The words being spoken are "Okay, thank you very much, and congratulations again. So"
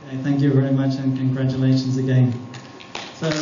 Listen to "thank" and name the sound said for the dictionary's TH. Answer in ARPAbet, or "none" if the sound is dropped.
TH